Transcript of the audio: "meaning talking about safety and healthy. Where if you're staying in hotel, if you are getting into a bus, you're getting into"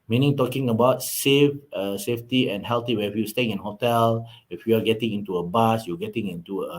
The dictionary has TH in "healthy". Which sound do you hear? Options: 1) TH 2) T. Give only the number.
2